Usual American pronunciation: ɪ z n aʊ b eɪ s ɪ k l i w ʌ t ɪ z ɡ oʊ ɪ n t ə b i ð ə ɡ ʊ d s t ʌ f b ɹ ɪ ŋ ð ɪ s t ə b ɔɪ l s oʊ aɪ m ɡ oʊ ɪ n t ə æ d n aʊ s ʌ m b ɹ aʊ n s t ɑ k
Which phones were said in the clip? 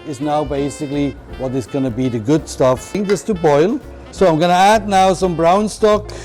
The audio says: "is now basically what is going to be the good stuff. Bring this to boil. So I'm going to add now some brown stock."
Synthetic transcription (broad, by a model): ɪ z n aʊ b eɪ s ɪ k l i w ʌ t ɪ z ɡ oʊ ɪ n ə b i ð ə ɡ ʊ d s t ʌ f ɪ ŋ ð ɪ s t ə b ɔɪ l s oʊ aɪ m ɡ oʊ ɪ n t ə æ d n aʊ s ʌ m b ɹ aʊ n s t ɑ k